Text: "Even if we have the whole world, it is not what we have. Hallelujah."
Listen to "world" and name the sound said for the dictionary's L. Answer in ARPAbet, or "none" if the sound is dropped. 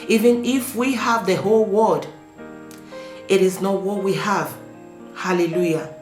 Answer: none